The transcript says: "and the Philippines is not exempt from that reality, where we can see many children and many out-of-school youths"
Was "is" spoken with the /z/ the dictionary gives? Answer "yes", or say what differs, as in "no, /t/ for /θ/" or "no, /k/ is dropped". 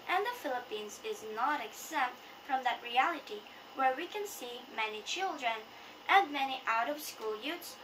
yes